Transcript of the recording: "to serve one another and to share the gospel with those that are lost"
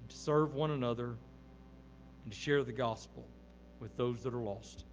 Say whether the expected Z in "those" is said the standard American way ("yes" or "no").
yes